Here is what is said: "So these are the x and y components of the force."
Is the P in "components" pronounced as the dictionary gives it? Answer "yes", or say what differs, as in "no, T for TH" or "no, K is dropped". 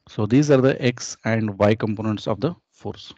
yes